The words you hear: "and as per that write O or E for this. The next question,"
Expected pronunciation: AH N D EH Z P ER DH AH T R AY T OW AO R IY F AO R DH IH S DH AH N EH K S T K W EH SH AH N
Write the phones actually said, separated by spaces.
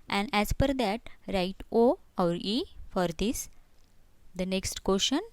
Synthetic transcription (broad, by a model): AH N D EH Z F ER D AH T R AY T OW AO R IY F AO R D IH S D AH N EH K S T K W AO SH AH N